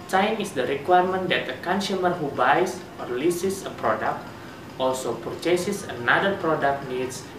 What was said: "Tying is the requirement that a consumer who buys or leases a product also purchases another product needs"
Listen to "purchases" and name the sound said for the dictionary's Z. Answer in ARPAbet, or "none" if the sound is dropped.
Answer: S